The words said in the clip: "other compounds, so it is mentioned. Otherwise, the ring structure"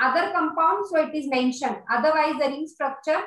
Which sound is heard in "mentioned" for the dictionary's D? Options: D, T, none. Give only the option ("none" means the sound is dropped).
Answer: none